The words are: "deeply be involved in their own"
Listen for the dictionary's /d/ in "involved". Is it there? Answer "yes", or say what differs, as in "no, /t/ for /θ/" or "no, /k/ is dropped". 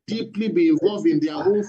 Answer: no, /d/ is dropped